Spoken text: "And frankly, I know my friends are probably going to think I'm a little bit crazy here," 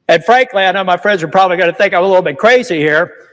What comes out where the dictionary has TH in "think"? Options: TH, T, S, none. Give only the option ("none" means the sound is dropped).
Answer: TH